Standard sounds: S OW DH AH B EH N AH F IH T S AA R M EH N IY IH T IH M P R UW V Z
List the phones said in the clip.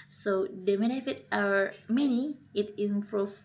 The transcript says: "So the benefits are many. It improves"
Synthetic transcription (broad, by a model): S OW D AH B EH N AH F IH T AA R M EH N IY IH T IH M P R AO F